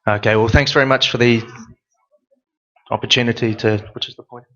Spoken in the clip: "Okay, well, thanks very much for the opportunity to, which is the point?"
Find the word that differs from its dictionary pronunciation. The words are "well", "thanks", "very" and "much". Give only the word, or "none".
none